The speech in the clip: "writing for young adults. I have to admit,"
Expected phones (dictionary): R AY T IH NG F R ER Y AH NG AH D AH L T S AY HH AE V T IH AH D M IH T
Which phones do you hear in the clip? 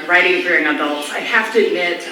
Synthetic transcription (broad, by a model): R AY T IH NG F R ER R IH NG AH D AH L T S AY HH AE F T IH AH D M IH T